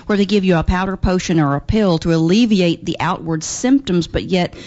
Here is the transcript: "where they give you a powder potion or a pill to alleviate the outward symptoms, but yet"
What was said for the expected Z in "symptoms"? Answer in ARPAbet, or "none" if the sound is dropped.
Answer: Z